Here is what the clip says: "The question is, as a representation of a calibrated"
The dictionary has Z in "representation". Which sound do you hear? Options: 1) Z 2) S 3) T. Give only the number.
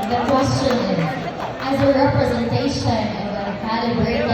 1